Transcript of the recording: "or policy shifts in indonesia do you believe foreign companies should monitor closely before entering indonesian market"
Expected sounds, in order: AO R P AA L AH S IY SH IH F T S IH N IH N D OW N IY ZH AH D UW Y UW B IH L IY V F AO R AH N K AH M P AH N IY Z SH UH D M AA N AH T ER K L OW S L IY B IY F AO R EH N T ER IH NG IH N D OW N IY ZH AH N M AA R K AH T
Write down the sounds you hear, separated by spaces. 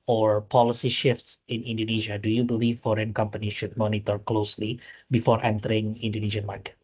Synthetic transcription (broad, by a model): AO R P AA L AH S IY SH IH F T S IH N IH N D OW N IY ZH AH D UW Y UW B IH L IY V F AO R AH N K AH M P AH N IY SH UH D M AA N AH T ER K L OW S L IY B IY F AO R EH N T ER IH NG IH N D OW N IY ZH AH N M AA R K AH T